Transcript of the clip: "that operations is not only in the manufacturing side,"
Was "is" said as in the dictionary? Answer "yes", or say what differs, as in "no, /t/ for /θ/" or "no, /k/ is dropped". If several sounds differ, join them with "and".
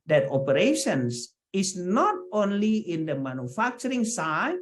no, /s/ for /z/